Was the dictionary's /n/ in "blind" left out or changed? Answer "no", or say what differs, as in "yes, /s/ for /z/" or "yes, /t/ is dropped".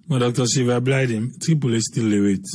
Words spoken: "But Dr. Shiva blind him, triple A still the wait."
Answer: yes, /n/ is dropped